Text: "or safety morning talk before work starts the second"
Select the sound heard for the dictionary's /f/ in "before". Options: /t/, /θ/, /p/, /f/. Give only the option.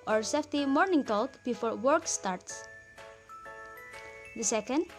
/f/